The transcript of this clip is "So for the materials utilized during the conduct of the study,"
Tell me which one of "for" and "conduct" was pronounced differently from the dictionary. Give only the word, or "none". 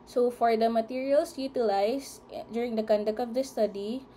conduct